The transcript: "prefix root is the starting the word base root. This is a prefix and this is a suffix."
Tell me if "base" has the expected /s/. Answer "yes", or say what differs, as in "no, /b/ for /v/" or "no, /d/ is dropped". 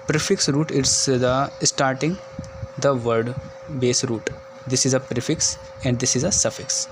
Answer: yes